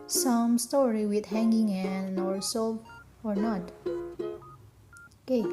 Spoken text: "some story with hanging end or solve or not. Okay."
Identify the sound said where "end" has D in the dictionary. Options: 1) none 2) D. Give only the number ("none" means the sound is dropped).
1